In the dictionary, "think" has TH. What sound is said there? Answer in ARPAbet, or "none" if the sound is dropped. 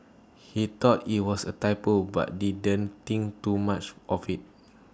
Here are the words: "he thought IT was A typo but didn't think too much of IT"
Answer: T